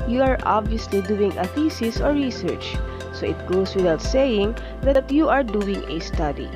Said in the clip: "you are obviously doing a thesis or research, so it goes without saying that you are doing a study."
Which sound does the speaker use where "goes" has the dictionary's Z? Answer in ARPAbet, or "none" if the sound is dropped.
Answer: S